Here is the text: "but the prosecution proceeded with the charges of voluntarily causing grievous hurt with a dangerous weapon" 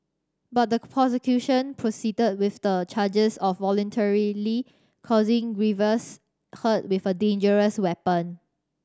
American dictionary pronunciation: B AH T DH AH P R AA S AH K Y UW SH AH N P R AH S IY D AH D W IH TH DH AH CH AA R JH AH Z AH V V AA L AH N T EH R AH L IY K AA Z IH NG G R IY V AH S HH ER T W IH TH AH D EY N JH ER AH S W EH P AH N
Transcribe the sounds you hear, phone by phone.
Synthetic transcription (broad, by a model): B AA T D AH P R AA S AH K Y UW SH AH N P R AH S IY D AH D W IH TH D AH CH AA JH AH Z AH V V AA L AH N T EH R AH L IY K AA Z IH NG G R IY V AH S HH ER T W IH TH AH D EY N JH ER AH S W EH P AH N